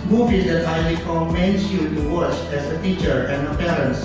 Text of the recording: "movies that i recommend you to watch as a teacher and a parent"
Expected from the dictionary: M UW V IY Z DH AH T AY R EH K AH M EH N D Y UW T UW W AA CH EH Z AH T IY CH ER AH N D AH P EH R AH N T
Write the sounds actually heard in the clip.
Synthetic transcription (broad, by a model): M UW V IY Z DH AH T AY L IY K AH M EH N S Y UW T UW W AA CH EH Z AH T IY CH ER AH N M AH P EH R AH N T